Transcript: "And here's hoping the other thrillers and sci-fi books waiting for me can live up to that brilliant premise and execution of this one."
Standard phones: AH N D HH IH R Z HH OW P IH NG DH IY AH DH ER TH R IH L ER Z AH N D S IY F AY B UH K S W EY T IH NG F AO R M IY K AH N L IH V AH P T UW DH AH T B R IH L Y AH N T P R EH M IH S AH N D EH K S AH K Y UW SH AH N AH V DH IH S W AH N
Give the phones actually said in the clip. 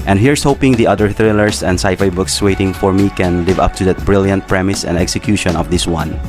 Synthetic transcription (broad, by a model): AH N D HH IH R S HH OW P IH NG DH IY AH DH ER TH R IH L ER S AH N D S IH F AY B UH K S W EY T IH NG F AO R M IY K AH N L IH V AH P T UW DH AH T B R IH L Y AH N T P R EH M IH S AH N D EH K S AH K Y UW SH AH N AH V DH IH S W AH N